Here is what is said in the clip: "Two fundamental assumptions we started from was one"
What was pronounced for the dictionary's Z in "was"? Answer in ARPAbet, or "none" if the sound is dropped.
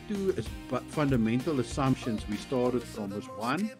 S